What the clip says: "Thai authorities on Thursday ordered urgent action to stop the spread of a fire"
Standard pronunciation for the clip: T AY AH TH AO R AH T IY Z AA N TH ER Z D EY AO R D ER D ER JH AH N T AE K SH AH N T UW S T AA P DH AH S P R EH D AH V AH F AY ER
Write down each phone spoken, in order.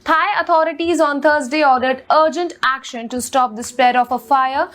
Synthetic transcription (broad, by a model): T AY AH T AO R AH T IY Z AA N T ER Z D EY AO R D ER D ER JH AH N T AE K SH AH N T UW S T AA P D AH S P R EH D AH F AH F AY ER